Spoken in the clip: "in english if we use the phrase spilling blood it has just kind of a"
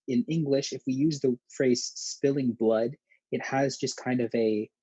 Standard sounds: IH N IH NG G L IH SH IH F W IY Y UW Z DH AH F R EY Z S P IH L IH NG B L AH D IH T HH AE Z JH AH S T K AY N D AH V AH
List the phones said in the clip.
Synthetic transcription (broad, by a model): IH N IH NG G L IH SH IH F W IY Y UW Z DH AH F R EY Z S P IH L IH NG B L AH D IH T HH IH Z JH AH S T K AY N D AH V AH